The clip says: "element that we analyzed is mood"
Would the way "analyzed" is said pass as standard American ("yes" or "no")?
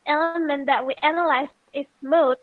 no